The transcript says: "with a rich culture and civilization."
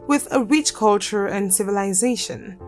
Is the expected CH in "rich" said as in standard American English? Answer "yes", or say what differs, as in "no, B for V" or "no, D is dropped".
yes